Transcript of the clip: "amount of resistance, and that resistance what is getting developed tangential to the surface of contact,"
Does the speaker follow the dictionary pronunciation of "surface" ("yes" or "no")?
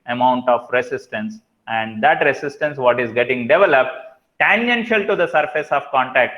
yes